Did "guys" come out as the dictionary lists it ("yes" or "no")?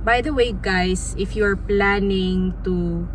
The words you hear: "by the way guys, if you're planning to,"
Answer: no